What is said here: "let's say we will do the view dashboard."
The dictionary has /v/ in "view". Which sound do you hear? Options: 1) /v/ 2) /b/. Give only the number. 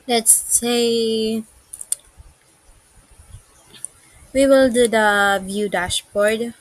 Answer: 1